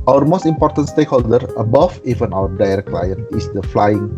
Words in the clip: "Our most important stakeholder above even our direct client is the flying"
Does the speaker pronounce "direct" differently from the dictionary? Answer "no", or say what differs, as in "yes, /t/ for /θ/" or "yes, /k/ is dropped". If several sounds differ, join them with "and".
yes, /k/ is dropped